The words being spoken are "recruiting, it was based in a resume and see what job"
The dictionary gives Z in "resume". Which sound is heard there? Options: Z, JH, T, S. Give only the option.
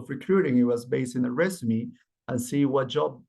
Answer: S